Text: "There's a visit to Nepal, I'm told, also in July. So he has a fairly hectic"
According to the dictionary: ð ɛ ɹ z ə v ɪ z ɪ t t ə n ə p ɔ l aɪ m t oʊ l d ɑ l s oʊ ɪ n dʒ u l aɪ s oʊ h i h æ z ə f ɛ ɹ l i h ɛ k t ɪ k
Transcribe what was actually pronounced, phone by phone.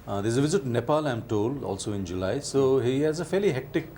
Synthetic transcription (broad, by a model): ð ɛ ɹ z ə v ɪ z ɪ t t n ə p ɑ l aɪ m t oʊ l d ɑ l s oʊ ɪ n dʒ u l aɪ s oʊ h i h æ z ə f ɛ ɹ l i h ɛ k t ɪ k